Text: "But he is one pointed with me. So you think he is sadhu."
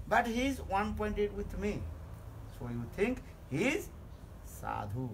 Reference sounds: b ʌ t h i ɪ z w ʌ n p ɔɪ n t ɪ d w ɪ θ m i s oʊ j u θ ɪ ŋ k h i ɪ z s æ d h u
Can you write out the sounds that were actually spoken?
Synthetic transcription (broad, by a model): b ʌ t h i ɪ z w ʌ n p ɔɪ n t ɪ d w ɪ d m i s oʊ j u t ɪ ŋ k h i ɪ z s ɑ d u